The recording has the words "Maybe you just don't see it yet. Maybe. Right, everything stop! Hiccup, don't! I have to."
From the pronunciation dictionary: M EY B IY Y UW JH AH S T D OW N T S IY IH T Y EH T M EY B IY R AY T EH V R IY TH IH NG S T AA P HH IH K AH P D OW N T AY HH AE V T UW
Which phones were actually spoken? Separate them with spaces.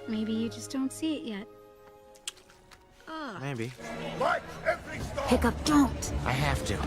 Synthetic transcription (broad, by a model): M EY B IY Y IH JH AH S D OW N T S IY IH T Y EH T M EY B IY W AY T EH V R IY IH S P IH K AH P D OW N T AY HH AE F T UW